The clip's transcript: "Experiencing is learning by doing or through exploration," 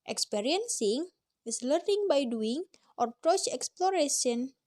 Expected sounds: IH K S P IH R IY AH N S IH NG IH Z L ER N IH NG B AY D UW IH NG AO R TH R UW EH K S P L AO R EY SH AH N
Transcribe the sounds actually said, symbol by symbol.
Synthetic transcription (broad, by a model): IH K S P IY R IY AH N S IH NG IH S L ER N IH NG B AY D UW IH NG AO R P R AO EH K S P L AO R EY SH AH N